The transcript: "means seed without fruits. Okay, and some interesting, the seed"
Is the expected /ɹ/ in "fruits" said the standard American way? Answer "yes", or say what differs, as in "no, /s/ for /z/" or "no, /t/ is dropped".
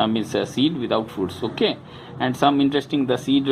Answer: no, /ɹ/ is dropped